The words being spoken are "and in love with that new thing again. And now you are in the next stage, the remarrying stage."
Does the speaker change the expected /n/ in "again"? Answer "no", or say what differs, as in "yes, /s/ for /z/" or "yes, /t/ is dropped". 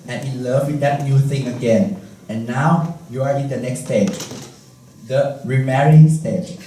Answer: no